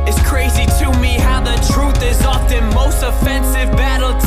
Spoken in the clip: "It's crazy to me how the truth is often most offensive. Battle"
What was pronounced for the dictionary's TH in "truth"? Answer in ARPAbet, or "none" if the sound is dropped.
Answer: TH